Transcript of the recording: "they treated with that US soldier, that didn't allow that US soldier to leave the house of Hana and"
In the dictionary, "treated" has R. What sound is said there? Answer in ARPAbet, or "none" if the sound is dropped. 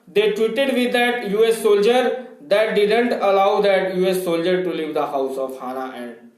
W